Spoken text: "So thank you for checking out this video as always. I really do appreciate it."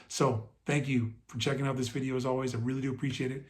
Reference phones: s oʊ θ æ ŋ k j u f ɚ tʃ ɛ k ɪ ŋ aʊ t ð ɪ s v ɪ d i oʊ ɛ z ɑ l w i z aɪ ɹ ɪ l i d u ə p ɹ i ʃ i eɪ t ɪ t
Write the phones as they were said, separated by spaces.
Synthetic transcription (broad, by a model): s oʊ θ æ ŋ k j u f ɚ tʃ ɛ k ɪ ŋ aʊ t ð ɪ s v ɪ d i oʊ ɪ z ɑ l w i z aɪ ɹ ɪ l i d u ə p ɹ i ʃ i eɪ t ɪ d